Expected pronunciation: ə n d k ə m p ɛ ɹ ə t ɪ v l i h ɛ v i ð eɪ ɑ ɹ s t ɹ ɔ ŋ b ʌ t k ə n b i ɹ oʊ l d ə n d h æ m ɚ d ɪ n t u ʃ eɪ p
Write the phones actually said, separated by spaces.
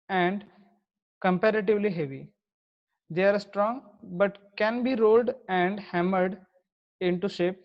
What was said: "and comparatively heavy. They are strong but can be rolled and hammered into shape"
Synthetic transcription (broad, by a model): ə n d k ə m p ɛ ɹ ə t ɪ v l i h ɛ v i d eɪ ɑ ɹ s t ɹ ɔ ŋ b ʌ t k ə n b i ɹ oʊ l d ə n d h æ m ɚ d ɪ n t u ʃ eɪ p